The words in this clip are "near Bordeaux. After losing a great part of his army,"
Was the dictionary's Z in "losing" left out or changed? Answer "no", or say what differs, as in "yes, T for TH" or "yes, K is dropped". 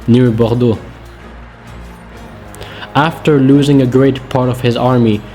no